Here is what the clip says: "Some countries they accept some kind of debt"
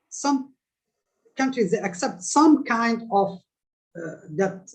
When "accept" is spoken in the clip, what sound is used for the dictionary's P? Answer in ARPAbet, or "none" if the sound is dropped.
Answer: P